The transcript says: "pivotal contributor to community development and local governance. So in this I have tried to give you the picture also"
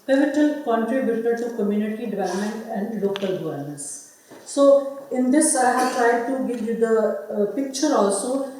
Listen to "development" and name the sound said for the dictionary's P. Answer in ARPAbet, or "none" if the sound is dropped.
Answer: none